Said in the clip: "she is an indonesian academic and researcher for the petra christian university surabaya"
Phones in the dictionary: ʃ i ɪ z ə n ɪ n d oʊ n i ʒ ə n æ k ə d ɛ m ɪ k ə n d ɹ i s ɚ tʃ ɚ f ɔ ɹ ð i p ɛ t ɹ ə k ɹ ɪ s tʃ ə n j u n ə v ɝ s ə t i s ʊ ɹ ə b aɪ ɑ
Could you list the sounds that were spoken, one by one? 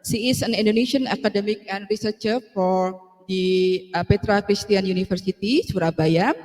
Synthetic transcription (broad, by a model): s i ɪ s ə n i n d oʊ n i ʃ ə n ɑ k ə d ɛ m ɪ k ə n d ɹ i s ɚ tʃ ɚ f ɔ ɹ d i p ɛ t ɹ ə k ɹ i s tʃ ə n j u n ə f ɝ s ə t i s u ɹ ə b aɪ ɑ